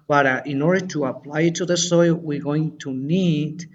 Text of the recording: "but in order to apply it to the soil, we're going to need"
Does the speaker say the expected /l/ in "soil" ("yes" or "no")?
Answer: yes